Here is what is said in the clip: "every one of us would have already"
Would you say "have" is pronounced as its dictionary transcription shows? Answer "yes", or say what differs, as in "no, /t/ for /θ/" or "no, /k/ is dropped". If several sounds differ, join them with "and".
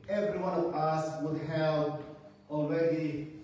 no, /p/ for /v/